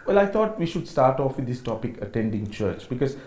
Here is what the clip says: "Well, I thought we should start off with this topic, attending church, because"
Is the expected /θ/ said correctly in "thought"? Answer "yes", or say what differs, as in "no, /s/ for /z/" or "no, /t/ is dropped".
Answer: no, /t/ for /θ/